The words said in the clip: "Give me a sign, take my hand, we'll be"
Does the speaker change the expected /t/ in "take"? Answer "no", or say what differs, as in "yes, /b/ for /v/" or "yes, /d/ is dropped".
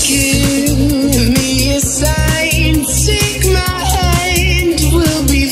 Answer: yes, /s/ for /t/